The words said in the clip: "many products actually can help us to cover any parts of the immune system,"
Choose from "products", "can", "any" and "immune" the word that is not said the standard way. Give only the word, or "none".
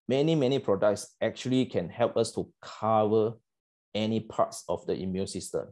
none